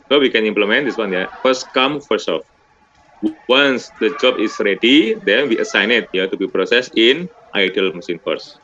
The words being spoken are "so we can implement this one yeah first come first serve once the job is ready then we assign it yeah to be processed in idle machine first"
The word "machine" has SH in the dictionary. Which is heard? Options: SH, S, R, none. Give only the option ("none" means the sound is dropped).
S